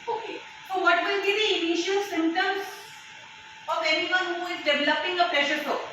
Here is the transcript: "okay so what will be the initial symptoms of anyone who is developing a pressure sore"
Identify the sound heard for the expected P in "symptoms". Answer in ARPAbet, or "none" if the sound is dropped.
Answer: none